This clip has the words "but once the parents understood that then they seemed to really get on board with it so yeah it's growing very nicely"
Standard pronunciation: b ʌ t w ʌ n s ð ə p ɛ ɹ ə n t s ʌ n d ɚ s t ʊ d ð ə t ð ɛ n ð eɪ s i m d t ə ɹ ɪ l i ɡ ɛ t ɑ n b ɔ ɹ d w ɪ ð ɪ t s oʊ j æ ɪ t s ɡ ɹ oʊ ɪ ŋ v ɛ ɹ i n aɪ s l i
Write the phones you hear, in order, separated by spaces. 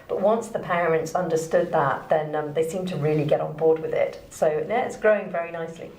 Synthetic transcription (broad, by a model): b ʌ t w ʌ n s ð ə p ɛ ɹ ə n t s ʌ n d ɚ s t ʊ d ð ə t ð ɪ n ð eɪ s i m t ə ɹ ɪ l i ɡ ɛ t n b ɔ ɹ d w ɪ ð ɪ t s oʊ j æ ɪ t s ɡ ɹ oʊ ɪ ŋ v ɛ ɹ i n aɪ s l i